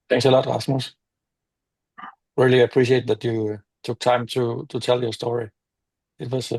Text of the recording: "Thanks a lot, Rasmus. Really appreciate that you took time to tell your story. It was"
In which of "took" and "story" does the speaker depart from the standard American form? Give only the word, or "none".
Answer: none